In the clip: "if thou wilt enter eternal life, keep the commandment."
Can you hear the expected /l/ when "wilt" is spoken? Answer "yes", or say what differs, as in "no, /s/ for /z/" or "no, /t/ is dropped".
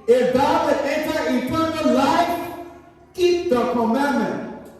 no, /l/ is dropped